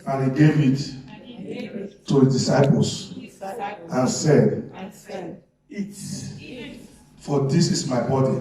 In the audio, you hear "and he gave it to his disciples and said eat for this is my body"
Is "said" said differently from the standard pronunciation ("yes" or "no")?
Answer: no